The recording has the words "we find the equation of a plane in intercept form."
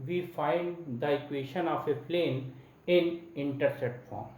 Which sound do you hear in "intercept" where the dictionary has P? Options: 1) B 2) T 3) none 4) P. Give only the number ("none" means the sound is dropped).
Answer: 3